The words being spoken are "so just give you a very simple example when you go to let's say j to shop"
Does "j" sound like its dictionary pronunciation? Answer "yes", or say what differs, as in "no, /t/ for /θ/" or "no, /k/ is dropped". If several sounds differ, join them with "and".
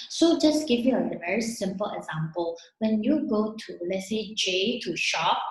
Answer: yes